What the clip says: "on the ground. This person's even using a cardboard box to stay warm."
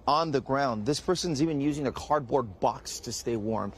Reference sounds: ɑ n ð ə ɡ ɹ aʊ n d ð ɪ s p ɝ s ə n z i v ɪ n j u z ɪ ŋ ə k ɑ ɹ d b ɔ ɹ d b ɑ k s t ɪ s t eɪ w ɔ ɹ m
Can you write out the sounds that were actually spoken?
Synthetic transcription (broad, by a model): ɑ n ð ə ɡ ɹ aʊ n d ð ɪ s p ɝ s ə n z i v ɪ n j u z ɪ ŋ ə k ɑ ɹ d b ɔ ɹ d b ɑ k s t ɪ s t eɪ w ɔ ɹ m